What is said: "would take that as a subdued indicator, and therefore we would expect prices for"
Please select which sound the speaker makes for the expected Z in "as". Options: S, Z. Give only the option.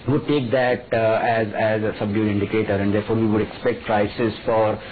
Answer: Z